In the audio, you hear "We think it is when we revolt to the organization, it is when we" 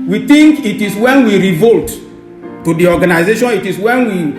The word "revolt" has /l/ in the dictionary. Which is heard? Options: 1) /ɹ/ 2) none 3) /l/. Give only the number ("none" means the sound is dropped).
3